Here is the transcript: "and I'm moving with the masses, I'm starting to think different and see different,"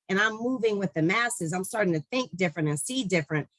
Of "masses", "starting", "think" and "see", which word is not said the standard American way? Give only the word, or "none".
none